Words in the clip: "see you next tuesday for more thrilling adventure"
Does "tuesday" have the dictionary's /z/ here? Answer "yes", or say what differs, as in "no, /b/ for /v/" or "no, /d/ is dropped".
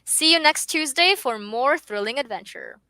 yes